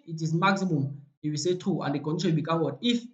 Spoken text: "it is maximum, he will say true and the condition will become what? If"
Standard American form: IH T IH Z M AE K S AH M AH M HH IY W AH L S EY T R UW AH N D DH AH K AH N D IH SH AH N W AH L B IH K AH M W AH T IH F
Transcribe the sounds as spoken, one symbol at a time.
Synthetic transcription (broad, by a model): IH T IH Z M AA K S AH M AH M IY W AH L S EY T UW AH N D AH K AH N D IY S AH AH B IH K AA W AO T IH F